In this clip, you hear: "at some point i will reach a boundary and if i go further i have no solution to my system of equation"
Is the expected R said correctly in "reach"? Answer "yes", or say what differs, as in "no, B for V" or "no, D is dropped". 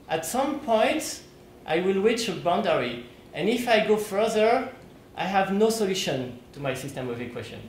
no, W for R